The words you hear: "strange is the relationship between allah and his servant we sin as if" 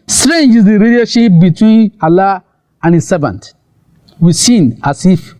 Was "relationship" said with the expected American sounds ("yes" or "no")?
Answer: no